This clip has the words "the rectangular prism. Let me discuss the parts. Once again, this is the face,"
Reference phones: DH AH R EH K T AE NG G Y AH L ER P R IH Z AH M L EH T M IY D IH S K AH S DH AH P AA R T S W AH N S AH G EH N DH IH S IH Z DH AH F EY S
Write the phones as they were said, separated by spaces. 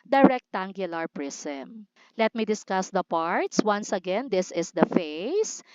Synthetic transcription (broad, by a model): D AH R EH K T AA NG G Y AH L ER P R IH S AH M L EH T M IY D IH S K AH S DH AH P AA R T S W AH N S AH G EH N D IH S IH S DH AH F EY S